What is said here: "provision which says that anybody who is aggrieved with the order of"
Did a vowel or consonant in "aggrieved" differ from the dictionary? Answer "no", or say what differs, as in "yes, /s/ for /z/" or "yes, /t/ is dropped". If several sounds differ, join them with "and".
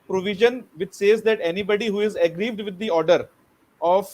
no